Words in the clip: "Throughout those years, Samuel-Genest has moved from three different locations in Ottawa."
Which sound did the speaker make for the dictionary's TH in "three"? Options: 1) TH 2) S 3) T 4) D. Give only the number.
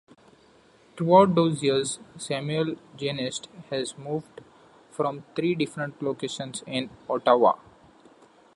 3